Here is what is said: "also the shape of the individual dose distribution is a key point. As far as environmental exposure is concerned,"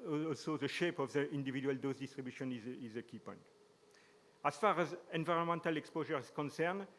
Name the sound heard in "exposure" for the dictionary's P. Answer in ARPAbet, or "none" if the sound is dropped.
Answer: P